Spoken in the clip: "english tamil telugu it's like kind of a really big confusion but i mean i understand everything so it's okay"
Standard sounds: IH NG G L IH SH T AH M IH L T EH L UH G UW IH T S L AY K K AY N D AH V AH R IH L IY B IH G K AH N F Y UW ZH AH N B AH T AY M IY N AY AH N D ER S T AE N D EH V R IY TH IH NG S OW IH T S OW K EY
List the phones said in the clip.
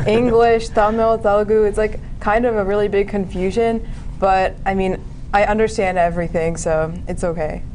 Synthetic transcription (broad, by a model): IH NG G L IH SH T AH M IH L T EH L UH G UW IH T S L AY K K AY N D AH V AH R IH L IY B IH G K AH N F Y UW ZH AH N B AH T AY M IY N AY AH N D ER S T AE N D EH V R IY TH IH NG S OW IH T S OW K EY